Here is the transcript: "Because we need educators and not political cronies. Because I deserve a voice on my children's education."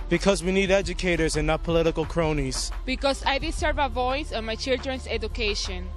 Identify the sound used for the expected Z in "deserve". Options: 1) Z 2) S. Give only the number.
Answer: 2